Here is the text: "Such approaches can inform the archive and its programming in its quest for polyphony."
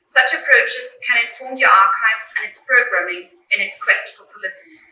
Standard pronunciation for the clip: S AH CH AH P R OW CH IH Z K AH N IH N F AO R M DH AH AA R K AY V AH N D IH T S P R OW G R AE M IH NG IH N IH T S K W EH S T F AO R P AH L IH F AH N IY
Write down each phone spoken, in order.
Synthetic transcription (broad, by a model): S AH CH AH P R OW CH IH Z K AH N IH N F AO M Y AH AA K AY V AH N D IH T S P R OW G R AE M IH NG IH N IH T S K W EH S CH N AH L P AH L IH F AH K